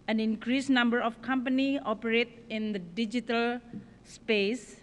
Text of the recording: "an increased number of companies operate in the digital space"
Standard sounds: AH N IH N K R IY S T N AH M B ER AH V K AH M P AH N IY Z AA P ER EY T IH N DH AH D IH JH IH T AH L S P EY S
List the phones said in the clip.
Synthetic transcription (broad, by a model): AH N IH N K R IY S N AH M B ER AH F K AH M P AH N IY AA P ER EY T IH N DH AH D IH JH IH T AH L S P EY S